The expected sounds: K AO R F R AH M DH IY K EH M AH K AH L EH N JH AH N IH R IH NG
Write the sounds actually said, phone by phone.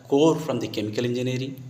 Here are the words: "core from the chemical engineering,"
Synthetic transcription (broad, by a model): K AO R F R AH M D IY K EH M AH K AH L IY N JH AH N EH R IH